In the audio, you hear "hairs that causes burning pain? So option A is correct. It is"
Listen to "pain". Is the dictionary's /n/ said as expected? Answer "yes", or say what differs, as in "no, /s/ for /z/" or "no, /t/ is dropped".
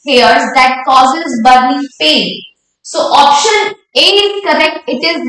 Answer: no, /l/ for /n/